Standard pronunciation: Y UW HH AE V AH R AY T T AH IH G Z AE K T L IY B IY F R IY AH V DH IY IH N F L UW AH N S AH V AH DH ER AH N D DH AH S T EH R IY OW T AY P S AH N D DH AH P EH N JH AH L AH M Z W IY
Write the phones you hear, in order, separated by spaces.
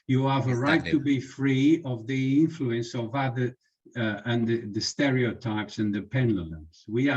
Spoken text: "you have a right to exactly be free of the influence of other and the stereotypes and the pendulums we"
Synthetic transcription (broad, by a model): Y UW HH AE V AH R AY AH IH T IY B IY F R IY AH V DH IY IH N F L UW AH N S AH V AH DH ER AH N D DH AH S T EH R IY OW T AY P S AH N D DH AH P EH N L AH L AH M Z W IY